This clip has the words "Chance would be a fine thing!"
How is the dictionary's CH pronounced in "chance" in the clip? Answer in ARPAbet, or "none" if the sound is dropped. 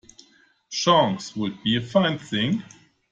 SH